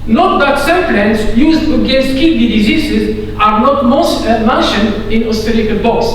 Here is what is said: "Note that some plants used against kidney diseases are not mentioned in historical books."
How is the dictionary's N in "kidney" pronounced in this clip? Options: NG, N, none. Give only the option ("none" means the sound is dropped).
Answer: none